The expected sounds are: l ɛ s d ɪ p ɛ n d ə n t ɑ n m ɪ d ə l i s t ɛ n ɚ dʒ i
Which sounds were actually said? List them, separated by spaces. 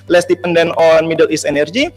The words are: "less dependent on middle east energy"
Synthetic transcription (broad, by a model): l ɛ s d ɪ p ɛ n d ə n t ɑ n m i d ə l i s ɛ n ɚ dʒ i